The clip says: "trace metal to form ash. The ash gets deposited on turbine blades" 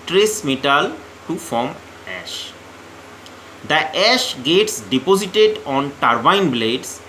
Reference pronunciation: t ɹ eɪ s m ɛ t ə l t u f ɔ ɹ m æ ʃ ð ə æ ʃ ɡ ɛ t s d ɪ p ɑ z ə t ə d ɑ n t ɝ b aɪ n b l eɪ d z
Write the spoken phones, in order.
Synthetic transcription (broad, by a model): t ɹ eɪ s m ɛ t ə l t u f ɔ ɹ m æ ʃ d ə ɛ ʃ ɡ ɛ t s d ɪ p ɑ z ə t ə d ɑ n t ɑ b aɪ n b l eɪ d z